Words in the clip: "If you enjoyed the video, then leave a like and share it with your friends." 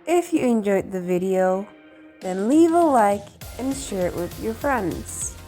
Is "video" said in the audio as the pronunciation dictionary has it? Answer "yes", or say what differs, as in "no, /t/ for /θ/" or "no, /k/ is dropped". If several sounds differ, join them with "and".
yes